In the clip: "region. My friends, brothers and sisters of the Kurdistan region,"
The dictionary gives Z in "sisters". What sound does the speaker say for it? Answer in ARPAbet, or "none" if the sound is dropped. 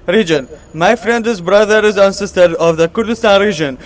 none